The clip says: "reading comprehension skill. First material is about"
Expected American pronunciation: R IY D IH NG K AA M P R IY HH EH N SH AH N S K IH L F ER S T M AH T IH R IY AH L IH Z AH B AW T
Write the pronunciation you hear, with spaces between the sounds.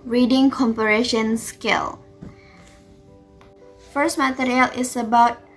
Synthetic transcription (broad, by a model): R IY D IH NG K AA M P IY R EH SH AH N S K IH L F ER S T M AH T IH R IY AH L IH S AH B AW T